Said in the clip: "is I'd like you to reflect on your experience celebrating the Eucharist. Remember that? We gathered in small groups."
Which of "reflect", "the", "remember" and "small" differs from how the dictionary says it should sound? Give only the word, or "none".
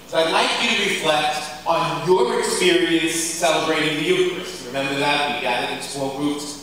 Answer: small